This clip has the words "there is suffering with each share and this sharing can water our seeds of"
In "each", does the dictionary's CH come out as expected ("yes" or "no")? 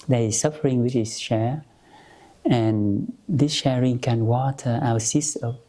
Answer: no